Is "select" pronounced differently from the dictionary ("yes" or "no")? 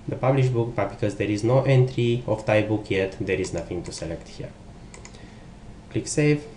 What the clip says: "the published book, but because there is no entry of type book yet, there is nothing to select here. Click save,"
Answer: no